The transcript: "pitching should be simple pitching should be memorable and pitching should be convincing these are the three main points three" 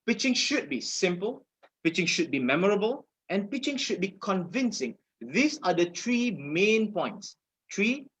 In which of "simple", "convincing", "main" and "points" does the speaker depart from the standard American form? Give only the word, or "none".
none